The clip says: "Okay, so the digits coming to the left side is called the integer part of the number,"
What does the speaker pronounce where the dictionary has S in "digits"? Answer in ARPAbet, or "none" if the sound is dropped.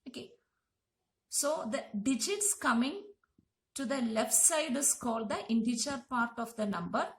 S